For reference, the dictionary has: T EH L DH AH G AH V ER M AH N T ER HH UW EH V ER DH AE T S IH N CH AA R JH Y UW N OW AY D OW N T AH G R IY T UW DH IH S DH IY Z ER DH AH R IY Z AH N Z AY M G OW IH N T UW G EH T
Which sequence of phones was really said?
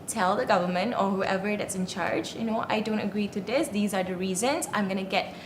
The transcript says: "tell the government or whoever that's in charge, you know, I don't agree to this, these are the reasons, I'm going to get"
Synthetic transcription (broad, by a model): T EH L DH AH G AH V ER M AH N T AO HH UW EH V ER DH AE T S IH N CH AA R JH Y UW N OW AY D OW N T AH G R IY T UW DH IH S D IY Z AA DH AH R IY Z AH N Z AY M G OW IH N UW G EH T